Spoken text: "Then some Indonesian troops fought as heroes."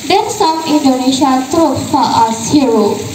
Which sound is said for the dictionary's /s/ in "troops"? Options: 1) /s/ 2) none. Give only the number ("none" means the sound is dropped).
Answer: 2